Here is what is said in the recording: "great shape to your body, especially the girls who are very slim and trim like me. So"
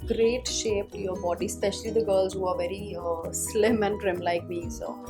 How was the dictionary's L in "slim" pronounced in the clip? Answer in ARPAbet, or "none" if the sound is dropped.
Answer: L